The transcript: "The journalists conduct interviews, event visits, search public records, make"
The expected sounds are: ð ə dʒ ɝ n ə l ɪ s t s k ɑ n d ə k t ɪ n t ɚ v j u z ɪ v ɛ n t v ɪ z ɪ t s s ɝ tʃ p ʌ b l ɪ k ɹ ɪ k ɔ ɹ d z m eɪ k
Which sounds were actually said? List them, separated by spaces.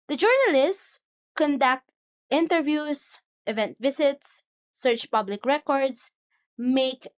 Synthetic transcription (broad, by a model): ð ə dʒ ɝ n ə l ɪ s t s k ɑ n d ə k t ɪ n t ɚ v j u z ɪ v ɛ n t v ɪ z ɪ t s s ɝ tʃ p ʌ b l ɪ k ɹ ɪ k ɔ ɹ d s m eɪ k